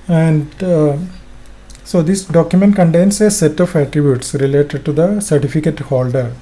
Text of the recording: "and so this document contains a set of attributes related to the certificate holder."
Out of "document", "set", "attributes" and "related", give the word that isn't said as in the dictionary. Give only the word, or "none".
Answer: none